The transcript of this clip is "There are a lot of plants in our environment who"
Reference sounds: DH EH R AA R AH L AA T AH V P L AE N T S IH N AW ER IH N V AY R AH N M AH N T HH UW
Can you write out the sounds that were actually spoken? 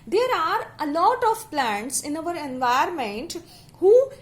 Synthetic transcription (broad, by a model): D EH R AA R AH L AA T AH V P L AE N T S IH N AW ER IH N V AY AH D M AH N T HH UW